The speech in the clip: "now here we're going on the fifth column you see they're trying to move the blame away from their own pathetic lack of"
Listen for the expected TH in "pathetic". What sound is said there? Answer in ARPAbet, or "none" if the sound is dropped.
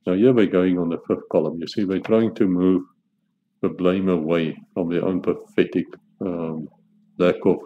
F